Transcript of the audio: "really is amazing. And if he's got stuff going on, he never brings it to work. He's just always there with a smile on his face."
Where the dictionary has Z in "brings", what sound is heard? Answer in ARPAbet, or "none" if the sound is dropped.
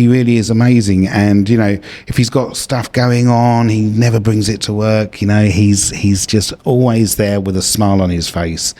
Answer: Z